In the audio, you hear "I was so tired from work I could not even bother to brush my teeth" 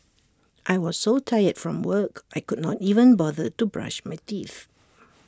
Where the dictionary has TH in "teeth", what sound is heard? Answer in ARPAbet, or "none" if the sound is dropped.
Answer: TH